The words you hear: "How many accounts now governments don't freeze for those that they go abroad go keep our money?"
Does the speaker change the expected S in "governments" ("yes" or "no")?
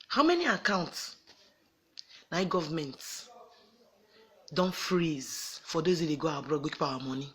yes